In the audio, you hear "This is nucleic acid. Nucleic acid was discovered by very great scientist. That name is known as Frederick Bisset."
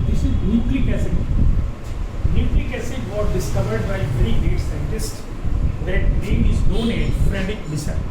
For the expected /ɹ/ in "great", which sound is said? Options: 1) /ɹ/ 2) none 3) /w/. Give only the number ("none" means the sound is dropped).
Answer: 2